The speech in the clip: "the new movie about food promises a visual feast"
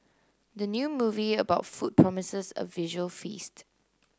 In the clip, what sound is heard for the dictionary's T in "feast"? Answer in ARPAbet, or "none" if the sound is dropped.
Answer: T